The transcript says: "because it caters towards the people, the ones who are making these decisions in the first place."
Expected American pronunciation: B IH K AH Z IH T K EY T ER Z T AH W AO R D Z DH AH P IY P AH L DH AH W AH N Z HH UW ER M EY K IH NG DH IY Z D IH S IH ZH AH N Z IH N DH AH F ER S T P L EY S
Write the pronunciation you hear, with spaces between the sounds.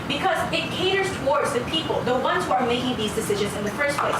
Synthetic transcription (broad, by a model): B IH K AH Z IH T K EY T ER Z T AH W AO R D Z DH AH P IY P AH L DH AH W AH N Z HH UW ER M EY K IH NG DH IY Z D IH S IH ZH AH N Z IH N DH AH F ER S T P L EY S